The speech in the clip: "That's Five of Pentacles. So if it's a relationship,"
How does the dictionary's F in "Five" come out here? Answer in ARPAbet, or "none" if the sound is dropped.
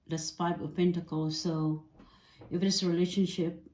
P